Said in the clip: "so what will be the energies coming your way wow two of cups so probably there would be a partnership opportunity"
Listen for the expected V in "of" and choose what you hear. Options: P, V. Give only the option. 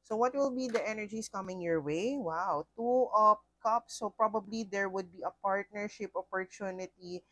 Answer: P